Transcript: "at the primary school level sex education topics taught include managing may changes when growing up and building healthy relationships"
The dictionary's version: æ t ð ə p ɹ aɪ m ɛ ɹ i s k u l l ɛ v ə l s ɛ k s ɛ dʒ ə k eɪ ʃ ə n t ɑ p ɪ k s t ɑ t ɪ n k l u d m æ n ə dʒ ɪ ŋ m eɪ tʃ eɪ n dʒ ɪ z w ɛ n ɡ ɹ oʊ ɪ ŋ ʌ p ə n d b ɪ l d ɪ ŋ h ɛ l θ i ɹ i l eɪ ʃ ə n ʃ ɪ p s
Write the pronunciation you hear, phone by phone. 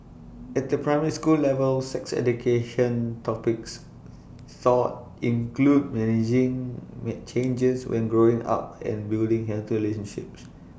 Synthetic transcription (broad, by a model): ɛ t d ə p ɹ aɪ m ɛ ɹ i s k u l l ɛ v ə l s ɛ k s ɛ dʒ ə k eɪ ʃ ə n t ɑ p ɪ k s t ɑ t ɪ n k l u d m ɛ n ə dʒ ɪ ŋ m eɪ tʃ eɪ n dʒ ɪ s w ɛ n ɡ ɹ oʊ ɪ ŋ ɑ p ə n b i l d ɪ ŋ h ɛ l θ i ɹ i l eɪ ʃ ə n ʃ ɪ p s